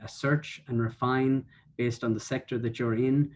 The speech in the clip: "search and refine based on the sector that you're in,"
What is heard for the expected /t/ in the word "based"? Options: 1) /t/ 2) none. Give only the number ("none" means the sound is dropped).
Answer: 1